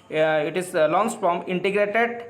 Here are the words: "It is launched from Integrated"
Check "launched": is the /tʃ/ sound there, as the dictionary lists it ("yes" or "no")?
no